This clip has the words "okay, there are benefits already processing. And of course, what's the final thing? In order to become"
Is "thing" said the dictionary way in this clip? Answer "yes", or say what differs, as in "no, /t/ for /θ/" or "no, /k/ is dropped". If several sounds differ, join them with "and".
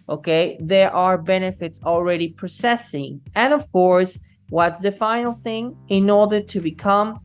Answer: yes